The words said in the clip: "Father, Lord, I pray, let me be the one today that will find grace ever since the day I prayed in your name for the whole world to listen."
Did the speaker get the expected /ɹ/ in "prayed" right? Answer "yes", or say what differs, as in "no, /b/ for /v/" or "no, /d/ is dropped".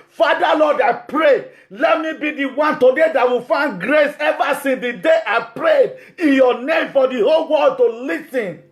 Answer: yes